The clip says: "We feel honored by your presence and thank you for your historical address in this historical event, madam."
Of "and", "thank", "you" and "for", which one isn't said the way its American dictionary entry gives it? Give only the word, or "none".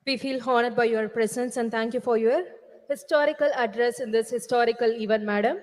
thank